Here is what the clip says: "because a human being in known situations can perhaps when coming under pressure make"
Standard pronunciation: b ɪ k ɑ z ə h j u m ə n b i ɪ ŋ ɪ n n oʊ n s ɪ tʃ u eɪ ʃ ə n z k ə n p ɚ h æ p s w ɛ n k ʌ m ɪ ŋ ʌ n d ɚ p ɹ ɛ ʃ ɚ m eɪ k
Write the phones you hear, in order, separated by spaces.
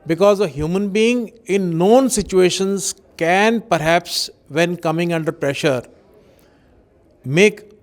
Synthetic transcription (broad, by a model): b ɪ k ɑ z ə h j u m ə n b i ɪ ŋ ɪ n n oʊ n s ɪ tʃ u eɪ ʃ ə n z k ə n p ɚ h æ p s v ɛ n k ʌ m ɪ ŋ ʌ n d ɚ p ɹ ɛ ʃ ɚ m eɪ k